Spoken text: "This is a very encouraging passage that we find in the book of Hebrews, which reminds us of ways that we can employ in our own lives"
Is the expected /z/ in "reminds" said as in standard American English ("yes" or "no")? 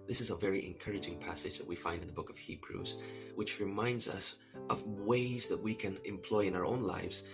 yes